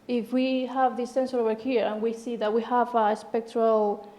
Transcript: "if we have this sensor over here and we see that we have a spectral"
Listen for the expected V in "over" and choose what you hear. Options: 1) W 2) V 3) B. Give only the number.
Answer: 1